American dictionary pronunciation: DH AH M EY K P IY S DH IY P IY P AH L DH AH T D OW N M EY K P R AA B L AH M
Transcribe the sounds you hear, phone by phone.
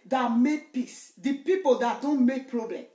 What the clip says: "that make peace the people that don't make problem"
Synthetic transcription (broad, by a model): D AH M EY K P IY S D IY P IY P AH L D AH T D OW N M EY K P R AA B L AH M